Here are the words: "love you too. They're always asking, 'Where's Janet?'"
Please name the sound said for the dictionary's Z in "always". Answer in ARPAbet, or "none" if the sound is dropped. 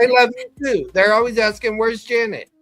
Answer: Z